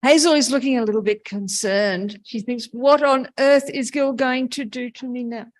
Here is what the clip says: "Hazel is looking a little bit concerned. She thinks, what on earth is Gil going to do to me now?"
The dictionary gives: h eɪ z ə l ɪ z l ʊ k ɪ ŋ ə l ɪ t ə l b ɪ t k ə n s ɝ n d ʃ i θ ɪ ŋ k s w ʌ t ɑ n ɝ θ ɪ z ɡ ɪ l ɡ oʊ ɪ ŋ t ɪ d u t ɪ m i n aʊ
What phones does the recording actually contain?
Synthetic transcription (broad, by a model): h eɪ z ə l ɪ z l ʊ k ɪ ŋ ə l ɪ t l b ɪ t k ə n s ɝ n d ʃ i θ ɪ ŋ k s w ʌ t n ɝ θ ɪ z ɡ ɪ l ɡ oʊ ɪ ŋ t ɪ d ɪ t ɪ m i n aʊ